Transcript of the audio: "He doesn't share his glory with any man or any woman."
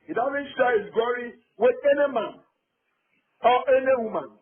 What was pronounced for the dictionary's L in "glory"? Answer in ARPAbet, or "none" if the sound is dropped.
none